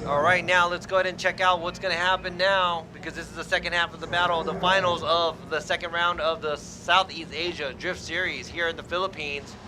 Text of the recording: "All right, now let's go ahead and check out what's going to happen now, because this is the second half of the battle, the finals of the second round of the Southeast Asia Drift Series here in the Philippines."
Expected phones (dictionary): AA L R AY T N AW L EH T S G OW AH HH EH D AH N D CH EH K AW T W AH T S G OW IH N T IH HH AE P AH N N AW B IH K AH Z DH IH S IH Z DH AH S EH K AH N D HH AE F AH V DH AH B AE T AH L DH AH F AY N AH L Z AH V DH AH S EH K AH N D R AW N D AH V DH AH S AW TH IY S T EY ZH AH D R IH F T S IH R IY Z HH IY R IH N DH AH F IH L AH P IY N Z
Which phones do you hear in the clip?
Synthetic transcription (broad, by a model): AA L R AY T N AW L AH T S G OW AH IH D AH N CH EH K AW T W AH T S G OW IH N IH HH AE P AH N N AW B IH K AH Z DH IH S IH Z DH AH S EH K AH N D HH AE F AH V DH AH B AE T L DH AH F AY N L Z AH V DH AH S EH K AH N D R AW N D AH V DH AH S AW TH IY S T EY ZH AH D R IH F T S IH R IY Z HH IY R IH N DH AH F IH L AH P IY N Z